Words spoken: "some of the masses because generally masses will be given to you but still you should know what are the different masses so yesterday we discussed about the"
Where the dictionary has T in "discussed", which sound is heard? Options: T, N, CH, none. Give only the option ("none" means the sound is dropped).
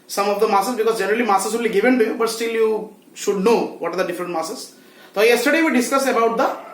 none